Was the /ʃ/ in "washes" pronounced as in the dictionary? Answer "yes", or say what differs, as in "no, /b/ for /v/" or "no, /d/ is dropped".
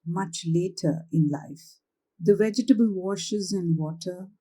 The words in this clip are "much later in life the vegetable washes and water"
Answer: yes